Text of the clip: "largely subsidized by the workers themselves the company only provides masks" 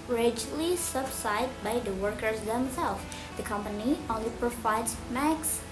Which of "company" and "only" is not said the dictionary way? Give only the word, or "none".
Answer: none